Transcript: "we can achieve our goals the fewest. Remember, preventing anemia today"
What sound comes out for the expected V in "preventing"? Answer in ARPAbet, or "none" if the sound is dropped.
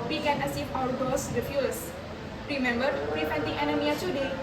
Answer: F